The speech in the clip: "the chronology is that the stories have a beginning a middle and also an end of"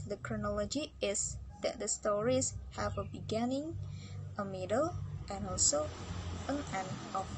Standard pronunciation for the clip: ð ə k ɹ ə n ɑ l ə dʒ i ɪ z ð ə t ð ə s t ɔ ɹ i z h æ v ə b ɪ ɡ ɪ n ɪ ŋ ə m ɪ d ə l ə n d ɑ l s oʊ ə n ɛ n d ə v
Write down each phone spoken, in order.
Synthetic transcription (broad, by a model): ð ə k ɹ ə n ɑ l ə dʒ i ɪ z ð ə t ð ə s t ɔ ɹ i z h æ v ə b ɪ ɡ ɪ n ɪ ŋ ə m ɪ d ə l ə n ɑ l s oʊ ə n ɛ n ə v